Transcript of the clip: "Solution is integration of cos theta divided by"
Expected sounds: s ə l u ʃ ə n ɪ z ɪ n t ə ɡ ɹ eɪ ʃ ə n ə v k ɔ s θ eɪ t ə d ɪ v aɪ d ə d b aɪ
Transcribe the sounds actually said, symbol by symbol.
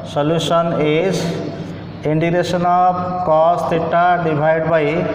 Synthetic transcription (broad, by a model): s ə l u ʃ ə n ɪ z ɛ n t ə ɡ ɹ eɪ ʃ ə n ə b k ɔ s t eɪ t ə d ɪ b aɪ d d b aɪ